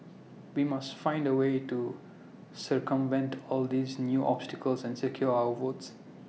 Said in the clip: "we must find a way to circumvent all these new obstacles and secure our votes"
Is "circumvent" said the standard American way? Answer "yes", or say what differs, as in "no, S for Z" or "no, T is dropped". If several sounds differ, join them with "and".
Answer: yes